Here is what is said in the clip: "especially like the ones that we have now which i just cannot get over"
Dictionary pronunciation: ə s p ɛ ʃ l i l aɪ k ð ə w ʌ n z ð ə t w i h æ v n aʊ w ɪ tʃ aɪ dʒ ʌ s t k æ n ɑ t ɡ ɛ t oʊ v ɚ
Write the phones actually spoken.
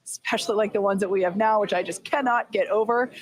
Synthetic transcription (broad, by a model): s s p ɛ ʃ l i l aɪ k ð ə w ʌ n z ð ə t w i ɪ v n aʊ w ɪ tʃ aɪ dʒ ʌ s k æ n ɑ t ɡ ɛ t oʊ v ɚ